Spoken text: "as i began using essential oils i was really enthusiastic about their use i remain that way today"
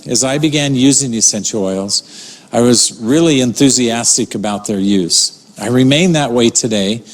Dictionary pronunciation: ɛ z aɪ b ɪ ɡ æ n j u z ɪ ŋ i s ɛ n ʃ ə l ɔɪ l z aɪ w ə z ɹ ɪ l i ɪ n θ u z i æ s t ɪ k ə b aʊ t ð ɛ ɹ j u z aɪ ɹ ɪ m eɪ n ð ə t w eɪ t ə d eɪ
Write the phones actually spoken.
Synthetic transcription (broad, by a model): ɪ z aɪ b ɪ ɡ æ n j u z ɪ ŋ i s ɛ n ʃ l ɔɪ l z aɪ w ə z ɹ ɪ l i ɪ n θ u z i æ s t ɪ k ə b aʊ t ð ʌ ɹ j u z aɪ ɹ ɪ m eɪ n ð ə t w eɪ t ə d eɪ